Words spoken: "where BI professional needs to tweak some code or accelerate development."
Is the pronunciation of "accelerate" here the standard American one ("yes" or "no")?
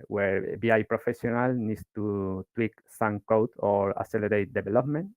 no